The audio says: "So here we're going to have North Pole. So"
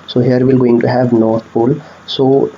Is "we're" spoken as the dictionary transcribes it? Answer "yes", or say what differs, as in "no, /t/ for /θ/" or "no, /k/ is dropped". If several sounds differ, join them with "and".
no, /l/ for /ɹ/